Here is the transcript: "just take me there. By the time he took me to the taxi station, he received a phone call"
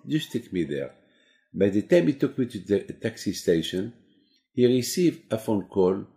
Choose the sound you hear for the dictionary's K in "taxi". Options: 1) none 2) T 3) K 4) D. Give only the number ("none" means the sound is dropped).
3